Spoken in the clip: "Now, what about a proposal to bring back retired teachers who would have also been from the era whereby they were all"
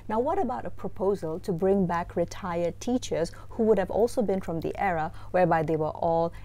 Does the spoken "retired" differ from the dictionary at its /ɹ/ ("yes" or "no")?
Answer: no